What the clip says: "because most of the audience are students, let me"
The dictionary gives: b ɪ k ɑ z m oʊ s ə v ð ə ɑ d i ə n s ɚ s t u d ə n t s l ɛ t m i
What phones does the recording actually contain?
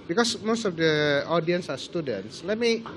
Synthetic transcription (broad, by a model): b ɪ k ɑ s m oʊ s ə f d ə ɑ d i ə n s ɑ s t u d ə n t s l ɛ t m i